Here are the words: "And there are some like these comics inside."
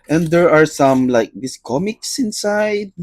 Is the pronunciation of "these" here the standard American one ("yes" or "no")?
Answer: no